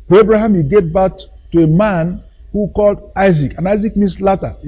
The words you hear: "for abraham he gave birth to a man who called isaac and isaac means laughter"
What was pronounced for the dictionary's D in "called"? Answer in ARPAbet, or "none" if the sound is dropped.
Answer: D